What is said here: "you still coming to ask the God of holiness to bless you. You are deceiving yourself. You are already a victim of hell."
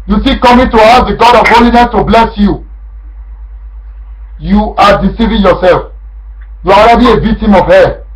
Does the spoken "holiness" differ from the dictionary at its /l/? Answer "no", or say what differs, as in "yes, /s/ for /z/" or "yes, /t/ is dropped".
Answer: no